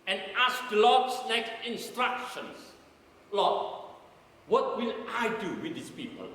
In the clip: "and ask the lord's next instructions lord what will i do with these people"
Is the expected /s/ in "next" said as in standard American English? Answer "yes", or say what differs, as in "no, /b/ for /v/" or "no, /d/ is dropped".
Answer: no, /s/ is dropped